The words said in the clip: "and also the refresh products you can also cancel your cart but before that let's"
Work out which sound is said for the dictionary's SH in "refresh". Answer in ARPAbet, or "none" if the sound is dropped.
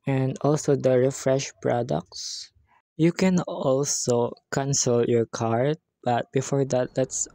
SH